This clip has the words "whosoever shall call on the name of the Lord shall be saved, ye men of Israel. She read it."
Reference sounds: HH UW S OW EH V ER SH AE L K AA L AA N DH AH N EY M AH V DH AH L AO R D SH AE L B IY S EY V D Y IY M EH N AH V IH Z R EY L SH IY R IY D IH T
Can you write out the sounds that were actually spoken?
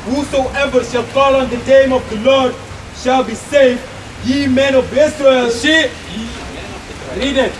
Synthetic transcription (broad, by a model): HH UW S OW EH V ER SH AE L K AA L AA N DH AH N EY M AH V DH AH L AO R D SH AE L B IY S EY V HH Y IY M EH N AH V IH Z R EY L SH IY R IY D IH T